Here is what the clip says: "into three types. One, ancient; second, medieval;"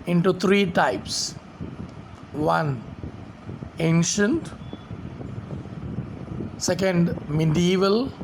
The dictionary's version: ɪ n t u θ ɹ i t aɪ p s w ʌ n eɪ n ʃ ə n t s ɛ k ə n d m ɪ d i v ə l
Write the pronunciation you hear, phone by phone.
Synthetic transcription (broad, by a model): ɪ n t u t ɹ i t aɪ p s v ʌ n eɪ n ʃ ə n t s ɛ k ə n d m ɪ d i v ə l